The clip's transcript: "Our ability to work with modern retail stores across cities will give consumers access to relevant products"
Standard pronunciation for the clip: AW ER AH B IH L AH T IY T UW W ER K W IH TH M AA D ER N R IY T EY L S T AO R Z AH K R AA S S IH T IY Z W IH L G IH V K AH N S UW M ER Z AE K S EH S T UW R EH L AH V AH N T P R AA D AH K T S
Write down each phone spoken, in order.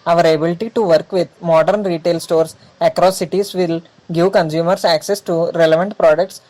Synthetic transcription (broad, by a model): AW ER AH B IH L AH T IY T UW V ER K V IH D M AA D ER N R IY T EY L S T AO R S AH K R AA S S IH T IY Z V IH L G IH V K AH N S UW M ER S AE K S EH S T UW R EH L AH V AH N T P R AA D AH K T S